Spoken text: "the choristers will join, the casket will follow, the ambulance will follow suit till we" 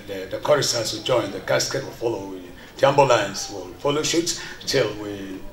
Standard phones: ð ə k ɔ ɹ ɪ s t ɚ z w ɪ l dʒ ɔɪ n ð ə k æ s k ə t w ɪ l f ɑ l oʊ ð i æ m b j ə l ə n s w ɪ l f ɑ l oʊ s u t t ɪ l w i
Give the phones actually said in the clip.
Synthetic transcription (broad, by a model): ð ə k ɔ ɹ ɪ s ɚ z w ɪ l dʒ ɔɪ n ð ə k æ s k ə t w ɪ l f ɑ l oʊ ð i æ m b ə l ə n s w ɪ l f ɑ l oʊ ʃ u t t ɪ l w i